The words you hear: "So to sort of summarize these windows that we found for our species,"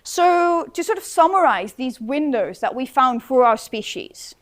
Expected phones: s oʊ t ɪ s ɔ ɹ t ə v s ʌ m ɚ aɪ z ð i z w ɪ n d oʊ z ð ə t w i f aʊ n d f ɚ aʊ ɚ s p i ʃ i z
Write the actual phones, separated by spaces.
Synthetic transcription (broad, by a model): s oʊ t ɪ s ɔ ɹ t ə v s ʌ m ɚ aɪ z ð i z w ɪ n d oʊ z ð ə t w i f aʊ n d f ɚ aʊ ɚ s p i ʃ i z